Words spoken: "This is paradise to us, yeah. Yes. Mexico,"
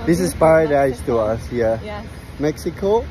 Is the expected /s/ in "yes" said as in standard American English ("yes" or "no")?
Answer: no